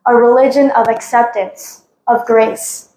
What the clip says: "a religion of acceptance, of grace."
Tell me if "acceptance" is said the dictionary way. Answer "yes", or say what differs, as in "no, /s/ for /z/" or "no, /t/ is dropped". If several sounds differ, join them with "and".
yes